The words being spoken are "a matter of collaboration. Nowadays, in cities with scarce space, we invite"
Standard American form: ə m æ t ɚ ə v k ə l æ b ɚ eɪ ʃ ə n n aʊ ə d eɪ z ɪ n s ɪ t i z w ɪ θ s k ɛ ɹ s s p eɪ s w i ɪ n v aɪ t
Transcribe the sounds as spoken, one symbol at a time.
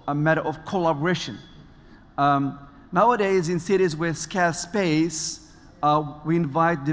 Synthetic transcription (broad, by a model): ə m æ t ɚ ə v k ə l æ b ɚ eɪ ʃ ə n n aʊ ə d eɪ z ɪ n s ɪ t i z w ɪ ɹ s k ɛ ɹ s s p eɪ s w i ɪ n v aɪ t